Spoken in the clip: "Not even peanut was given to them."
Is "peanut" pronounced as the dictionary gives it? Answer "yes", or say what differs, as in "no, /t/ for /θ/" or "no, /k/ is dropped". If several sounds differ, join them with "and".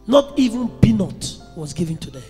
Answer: no, /b/ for /p/